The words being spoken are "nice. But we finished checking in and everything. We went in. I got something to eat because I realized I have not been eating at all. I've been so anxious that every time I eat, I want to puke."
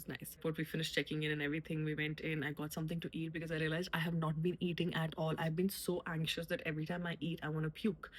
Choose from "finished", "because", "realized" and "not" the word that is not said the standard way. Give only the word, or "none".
realized